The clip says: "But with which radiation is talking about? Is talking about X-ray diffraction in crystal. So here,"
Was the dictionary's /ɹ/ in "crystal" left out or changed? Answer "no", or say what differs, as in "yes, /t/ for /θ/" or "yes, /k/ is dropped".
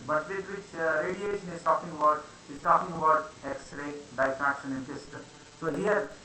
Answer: yes, /ɹ/ is dropped